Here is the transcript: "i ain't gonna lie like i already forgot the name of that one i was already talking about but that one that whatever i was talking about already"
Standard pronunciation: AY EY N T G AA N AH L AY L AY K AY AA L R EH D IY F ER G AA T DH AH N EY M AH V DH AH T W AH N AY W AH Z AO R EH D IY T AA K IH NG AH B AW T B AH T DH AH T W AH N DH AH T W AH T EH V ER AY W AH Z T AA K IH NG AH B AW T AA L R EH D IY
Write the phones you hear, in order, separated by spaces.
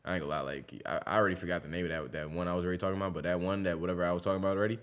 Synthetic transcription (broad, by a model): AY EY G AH L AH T L AY K AY AA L R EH D IY F ER G AA T DH AH N EY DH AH W DH AH T W AH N AY W AH Z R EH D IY T AA K IH NG AH B AW T B AH T DH AH T W AH N DH AH T W AH T EH V ER AY W AH Z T AA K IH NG AH B AW T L R EH D IY